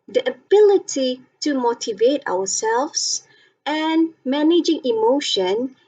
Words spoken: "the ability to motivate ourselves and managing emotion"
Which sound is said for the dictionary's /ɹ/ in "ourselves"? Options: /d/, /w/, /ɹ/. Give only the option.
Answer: /w/